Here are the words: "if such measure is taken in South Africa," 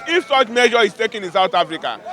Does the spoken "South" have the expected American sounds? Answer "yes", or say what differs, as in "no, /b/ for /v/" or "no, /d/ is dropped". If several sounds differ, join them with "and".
no, /t/ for /θ/